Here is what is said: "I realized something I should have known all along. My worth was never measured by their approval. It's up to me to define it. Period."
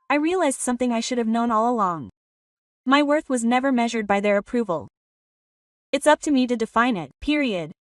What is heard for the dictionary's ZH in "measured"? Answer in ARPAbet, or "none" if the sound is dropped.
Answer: ZH